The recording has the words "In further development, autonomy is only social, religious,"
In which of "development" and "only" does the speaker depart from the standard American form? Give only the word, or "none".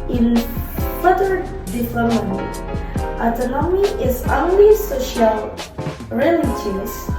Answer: development